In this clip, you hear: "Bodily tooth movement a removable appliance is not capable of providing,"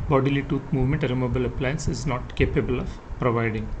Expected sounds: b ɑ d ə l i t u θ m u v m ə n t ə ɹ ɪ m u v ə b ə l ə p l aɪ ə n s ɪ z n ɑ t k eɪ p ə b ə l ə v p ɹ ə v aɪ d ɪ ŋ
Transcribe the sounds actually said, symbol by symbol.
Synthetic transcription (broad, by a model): b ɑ d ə l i t u t m u v m ə n t ə ɹ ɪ m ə b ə l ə p l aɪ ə n s ɪ z n ɑ t k eɪ p ə b ə l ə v p ɹ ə v aɪ d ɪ ŋ